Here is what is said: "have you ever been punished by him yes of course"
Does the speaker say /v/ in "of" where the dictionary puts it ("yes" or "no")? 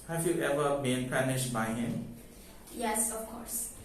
no